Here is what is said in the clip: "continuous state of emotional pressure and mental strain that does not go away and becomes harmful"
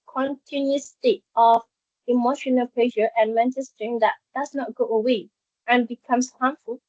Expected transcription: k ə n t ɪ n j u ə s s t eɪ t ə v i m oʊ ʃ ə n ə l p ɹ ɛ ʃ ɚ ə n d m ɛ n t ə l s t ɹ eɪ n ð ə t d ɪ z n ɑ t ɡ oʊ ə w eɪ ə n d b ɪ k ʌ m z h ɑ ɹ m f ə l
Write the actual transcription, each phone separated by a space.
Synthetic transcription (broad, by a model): k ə n t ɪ n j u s s t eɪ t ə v i m oʊ ʃ ə n ə l p l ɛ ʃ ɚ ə n m ɛ n t ə l s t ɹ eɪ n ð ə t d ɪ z n ɑ t ɡ oʊ ə w eɪ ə n b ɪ k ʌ m s h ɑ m f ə l